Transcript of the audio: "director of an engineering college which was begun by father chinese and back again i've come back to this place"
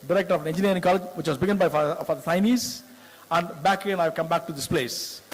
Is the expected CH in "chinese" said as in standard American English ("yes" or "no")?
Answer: no